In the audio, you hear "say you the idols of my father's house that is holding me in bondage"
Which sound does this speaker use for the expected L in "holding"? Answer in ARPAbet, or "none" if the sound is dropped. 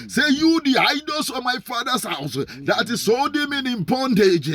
none